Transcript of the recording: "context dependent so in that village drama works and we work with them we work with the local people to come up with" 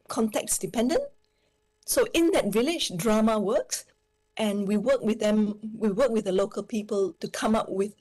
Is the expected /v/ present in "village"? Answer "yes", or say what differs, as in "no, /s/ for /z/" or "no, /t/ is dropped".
yes